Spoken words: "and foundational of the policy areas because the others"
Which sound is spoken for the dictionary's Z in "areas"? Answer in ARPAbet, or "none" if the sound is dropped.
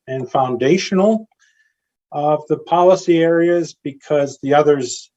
Z